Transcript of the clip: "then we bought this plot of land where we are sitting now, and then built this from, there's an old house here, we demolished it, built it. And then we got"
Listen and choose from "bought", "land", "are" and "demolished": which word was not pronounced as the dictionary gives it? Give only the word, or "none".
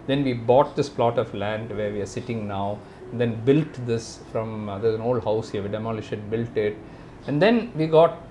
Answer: demolished